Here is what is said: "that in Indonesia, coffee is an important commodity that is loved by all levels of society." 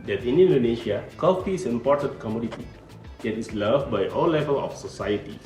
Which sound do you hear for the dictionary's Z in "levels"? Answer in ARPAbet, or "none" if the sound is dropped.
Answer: none